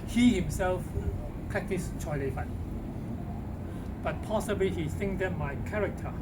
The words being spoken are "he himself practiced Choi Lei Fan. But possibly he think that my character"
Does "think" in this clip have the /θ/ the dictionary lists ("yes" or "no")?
no